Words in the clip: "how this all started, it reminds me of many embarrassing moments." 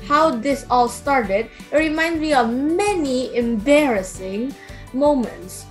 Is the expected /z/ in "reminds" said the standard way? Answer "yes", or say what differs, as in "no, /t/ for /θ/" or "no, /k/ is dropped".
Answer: no, /z/ is dropped